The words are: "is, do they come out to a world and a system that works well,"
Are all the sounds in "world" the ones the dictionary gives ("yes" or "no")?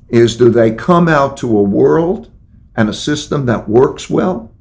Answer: yes